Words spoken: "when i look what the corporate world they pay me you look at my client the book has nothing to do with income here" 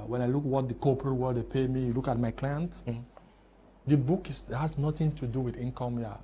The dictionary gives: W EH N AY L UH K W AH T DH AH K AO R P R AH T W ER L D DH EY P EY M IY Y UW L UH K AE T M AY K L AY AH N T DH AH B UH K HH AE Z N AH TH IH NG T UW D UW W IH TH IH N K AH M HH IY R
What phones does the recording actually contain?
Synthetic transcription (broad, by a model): W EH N AY L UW K W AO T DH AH K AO P R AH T W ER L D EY P EY M IY Y UW L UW K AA T M AY K L AY AH N T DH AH B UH K HH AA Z N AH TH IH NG T UW D UW W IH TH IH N K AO M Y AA